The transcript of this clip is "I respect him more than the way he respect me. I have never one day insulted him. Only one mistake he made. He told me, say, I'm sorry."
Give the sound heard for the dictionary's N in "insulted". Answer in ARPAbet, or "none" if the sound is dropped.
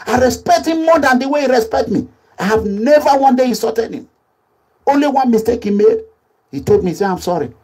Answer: none